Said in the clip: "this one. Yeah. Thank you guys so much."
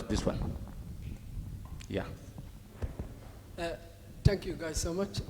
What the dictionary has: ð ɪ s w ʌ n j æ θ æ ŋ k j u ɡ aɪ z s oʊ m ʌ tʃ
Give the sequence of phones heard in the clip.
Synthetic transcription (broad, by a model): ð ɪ s w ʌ n j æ t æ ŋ k j u ɡ aɪ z s oʊ m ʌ tʃ